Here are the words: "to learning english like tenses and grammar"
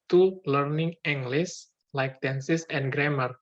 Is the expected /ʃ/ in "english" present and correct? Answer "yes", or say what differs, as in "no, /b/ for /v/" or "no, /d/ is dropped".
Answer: no, /s/ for /ʃ/